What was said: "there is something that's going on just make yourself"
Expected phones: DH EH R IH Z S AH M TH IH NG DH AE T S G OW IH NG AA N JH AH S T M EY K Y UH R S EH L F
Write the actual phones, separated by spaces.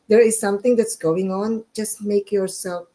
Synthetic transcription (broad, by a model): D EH R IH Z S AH M T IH NG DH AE T S G OW IH NG AA N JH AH S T M EY K Y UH R S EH L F